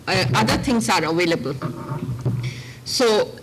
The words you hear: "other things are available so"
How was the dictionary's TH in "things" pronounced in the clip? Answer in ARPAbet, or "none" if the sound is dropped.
T